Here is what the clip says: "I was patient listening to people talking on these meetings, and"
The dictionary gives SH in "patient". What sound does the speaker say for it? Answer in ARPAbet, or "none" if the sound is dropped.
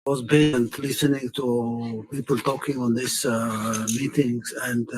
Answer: none